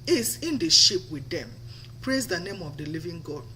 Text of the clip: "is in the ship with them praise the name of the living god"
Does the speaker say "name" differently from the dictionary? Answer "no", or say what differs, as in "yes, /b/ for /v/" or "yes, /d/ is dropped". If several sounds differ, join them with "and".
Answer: no